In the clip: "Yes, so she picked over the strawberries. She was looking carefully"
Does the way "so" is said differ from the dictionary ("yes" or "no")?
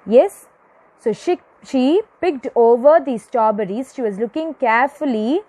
yes